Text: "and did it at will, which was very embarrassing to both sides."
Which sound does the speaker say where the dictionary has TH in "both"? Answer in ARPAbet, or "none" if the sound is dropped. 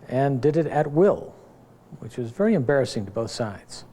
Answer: TH